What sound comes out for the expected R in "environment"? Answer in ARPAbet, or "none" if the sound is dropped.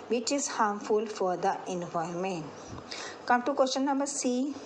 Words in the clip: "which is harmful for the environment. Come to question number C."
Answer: none